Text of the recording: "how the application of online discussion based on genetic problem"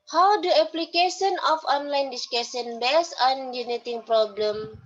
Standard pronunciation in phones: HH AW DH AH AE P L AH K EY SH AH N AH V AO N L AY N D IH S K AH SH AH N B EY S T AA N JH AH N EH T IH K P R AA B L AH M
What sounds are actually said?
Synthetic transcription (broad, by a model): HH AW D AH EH P L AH K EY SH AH N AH F AO N L AY N D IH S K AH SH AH N B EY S AA N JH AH N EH T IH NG P R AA B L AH M